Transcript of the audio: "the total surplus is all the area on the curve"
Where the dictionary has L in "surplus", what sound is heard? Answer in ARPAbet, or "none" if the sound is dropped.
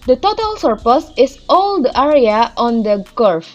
none